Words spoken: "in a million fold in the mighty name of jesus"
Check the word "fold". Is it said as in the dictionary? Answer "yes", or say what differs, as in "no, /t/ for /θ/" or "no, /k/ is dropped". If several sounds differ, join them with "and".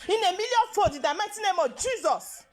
no, /l/ is dropped